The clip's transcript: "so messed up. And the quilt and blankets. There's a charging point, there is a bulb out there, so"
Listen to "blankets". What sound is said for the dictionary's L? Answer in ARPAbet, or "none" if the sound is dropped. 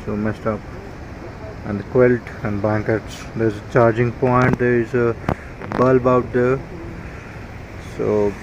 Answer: none